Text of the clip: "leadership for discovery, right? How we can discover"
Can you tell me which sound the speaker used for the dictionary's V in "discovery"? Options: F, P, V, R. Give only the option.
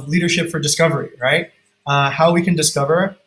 V